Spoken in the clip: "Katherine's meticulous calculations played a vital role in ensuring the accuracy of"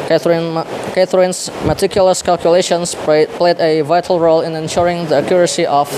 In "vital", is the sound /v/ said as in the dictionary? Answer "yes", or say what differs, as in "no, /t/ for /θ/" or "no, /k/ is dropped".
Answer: yes